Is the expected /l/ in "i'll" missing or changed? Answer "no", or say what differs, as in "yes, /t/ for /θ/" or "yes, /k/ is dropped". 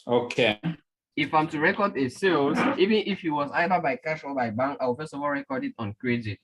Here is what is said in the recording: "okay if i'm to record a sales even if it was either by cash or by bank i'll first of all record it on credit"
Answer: yes, /w/ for /l/